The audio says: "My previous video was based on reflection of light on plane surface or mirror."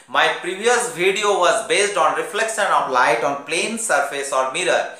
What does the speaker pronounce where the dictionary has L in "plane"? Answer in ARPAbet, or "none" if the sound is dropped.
L